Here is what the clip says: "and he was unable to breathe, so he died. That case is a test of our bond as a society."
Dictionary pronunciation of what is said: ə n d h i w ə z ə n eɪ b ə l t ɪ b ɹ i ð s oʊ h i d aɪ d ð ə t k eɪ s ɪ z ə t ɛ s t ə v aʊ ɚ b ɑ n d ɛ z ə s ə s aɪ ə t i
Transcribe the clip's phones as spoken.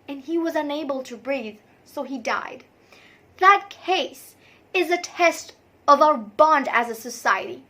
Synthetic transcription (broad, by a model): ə n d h i w ə z ə n eɪ b ə l t ɪ b ɹ i ð s oʊ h i d aɪ d ð ə t k eɪ s ɪ z ə t ɛ s t ə v aʊ ɚ b ɑ n d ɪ z ə s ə s aɪ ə t i